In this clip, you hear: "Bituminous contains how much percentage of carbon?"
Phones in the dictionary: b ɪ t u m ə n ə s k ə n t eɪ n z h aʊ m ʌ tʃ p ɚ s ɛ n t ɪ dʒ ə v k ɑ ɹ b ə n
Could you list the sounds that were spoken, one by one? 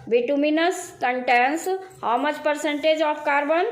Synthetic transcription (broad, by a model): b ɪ t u m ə n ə s k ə n t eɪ n s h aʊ m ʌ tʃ p ɚ s ɛ n t ɪ dʒ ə p k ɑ ɹ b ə n